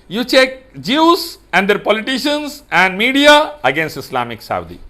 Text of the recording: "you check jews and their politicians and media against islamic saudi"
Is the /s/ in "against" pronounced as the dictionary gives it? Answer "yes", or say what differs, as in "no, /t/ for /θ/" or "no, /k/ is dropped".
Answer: yes